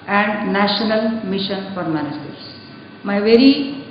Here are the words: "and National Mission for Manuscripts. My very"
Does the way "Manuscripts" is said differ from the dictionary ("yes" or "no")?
yes